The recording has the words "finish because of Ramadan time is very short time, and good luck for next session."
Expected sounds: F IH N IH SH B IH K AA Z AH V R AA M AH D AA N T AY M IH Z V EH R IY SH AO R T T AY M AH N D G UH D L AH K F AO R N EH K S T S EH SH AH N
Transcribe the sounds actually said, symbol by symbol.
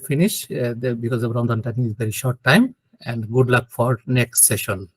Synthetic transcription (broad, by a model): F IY N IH SH B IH K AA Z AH B R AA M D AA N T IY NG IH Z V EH R IY SH AO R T T AY M AH N D G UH D L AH K F AO R N EH K S T S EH SH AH N